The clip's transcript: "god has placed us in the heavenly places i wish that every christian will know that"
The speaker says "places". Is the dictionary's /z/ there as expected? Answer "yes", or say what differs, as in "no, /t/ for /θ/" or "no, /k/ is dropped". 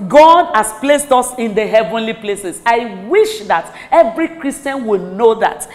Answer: no, /s/ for /z/